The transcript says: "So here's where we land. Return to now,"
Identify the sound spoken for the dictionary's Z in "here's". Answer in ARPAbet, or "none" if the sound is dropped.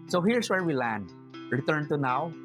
S